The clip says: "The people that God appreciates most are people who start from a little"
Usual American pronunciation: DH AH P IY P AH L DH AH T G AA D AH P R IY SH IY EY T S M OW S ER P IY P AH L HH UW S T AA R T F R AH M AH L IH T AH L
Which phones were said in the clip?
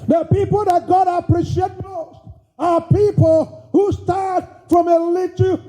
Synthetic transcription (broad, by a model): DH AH P IY P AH L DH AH T G AA D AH P R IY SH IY EY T M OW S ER P IY P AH L HH UW S T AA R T F R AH M AH L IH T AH